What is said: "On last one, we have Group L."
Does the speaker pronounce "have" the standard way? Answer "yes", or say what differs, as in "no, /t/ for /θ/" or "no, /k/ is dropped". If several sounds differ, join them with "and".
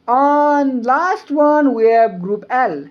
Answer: no, /b/ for /v/